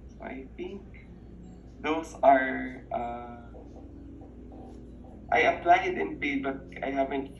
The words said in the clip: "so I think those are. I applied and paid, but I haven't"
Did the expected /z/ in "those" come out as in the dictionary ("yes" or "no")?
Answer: no